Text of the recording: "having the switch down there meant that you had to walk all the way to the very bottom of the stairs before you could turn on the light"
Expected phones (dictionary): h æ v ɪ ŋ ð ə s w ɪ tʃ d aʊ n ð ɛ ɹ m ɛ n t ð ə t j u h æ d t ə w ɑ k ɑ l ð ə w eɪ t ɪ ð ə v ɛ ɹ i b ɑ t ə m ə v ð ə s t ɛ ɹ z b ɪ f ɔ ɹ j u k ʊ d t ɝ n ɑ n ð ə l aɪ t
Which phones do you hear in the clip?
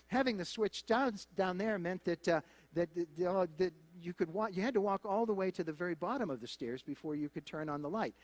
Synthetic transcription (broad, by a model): h æ v ɪ ŋ ð ə s w ɪ tʃ d aʊ n ð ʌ ɹ m ɛ n t ð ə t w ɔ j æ d t ə w ɑ k ɑ l ð ə w eɪ t ɪ ð ə v ɛ ɹ i b ɑ t ə m ə v ð ə s t ɛ ɹ z b ɪ f ɔ ɹ j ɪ k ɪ d t ɝ n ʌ n ð ə l aɪ t